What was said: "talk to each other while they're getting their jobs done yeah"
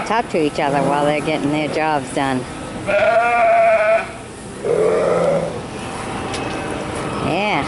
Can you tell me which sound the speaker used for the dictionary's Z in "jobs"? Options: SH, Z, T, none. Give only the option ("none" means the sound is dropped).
Z